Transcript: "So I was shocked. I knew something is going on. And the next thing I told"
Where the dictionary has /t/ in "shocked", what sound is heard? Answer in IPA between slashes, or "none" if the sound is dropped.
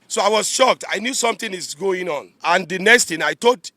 /t/